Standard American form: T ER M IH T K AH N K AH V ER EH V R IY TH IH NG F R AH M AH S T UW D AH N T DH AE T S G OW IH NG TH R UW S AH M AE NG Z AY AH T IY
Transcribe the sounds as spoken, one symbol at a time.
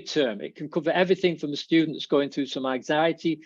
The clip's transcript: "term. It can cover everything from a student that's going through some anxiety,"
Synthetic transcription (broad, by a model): T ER M IH T K AH N K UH V ER EH V R IY TH IH NG F R AH M AH S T UW D N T DH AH T S G OW IH NG TH R UW S AH M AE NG Z AY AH T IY